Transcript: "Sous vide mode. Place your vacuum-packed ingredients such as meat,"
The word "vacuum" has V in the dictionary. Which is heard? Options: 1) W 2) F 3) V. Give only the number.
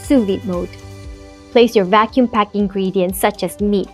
3